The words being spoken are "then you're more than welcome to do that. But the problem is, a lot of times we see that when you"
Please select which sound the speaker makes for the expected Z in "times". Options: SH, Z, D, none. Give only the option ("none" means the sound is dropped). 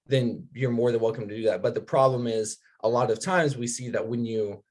Z